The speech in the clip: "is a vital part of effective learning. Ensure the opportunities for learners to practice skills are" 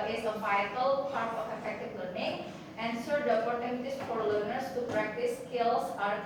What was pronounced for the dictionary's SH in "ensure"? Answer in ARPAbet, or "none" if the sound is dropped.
S